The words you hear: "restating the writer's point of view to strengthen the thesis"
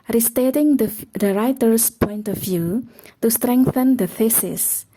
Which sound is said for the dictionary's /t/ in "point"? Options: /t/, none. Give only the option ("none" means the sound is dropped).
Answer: /t/